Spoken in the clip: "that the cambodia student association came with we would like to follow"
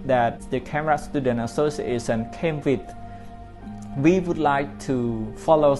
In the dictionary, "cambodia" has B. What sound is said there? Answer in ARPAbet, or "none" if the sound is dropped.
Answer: none